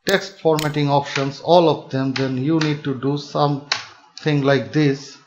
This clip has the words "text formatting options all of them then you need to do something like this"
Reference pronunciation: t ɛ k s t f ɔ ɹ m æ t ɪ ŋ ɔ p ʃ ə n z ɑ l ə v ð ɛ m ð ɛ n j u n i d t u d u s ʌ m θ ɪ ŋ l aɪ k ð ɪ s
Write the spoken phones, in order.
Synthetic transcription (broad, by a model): t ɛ k s t f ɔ ɹ m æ t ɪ ŋ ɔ p ʃ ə n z ɑ l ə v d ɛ m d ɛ n j u n i d t u d u s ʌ m t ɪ ŋ l aɪ k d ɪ s